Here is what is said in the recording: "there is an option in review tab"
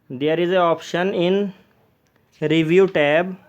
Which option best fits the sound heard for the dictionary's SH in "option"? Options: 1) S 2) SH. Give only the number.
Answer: 2